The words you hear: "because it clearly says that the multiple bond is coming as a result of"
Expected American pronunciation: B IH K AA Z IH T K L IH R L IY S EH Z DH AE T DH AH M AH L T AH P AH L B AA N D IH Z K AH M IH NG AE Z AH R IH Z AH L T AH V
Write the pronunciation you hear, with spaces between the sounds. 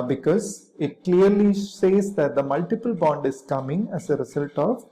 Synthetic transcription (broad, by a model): B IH K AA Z IH T K L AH R L IY S EH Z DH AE T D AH M AH L T AH P AH L B AA N D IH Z K AH M IH NG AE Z AH R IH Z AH L T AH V